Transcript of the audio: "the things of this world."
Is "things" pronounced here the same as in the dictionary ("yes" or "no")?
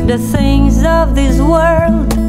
yes